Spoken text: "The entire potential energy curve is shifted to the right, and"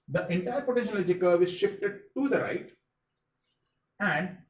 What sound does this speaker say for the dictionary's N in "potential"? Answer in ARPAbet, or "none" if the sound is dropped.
none